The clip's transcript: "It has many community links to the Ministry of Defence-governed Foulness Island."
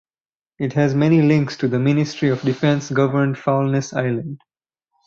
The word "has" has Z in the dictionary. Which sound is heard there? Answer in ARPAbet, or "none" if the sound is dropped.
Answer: Z